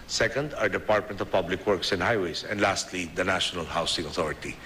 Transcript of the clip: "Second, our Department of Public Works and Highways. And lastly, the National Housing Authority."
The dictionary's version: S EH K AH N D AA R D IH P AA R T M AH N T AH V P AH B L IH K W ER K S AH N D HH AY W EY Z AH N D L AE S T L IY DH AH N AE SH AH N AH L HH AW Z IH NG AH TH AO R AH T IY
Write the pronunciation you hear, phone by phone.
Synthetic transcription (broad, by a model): S EH K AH N D AA R D IH P AA R T M AH N T AH V P AH B L IH K W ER K S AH N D HH AY W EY S AH N D L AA S T L IY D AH N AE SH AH N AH L HH AW S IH NG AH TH AO R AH T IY